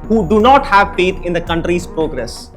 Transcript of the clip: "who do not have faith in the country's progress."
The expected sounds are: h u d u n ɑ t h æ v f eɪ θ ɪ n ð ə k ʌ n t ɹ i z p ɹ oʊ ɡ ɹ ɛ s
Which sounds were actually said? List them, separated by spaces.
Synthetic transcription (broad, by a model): h u d u n ɑ t h æ v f eɪ t ɪ n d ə k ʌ n t ɹ i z p ɹ oʊ ɡ ɹ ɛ s